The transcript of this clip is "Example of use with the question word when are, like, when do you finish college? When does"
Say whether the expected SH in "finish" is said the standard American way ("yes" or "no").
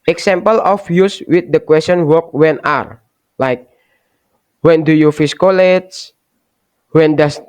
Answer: no